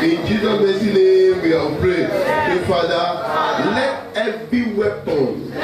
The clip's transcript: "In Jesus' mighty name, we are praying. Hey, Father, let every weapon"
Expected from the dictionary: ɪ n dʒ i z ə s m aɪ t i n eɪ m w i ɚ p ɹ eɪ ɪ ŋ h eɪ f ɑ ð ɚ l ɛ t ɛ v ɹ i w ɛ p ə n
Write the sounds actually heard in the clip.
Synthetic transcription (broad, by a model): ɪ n dʒ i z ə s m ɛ s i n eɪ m w i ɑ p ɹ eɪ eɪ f ɑ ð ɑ l ɛ t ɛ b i w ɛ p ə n